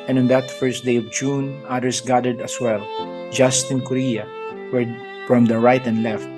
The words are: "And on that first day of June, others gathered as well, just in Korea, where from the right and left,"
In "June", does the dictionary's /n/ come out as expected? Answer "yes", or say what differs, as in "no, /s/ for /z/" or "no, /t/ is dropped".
yes